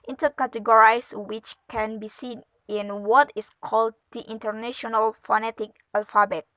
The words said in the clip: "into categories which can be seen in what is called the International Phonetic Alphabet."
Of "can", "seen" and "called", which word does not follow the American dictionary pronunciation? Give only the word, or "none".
none